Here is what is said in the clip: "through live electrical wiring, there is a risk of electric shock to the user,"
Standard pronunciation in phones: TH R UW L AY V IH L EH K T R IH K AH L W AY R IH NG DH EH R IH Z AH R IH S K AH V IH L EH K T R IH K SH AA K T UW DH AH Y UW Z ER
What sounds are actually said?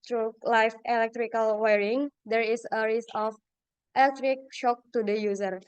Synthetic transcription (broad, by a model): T R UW L AY F IH L EH K T R IH K AH L W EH R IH NG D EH R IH S AH R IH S AH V IH L EH K T R IH K SH AA K T UW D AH Y UW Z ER